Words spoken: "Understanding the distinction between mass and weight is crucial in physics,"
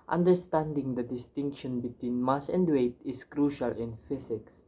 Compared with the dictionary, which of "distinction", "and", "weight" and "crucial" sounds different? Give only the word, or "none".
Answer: none